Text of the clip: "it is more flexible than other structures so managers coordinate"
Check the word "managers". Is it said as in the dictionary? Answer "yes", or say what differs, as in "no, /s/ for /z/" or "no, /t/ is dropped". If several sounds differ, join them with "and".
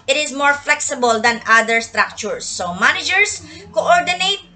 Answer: no, /s/ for /z/